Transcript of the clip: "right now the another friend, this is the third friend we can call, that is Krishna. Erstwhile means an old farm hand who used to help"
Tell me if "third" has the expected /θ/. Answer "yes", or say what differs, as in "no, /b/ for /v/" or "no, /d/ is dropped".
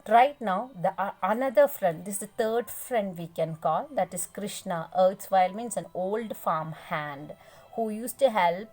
no, /t/ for /θ/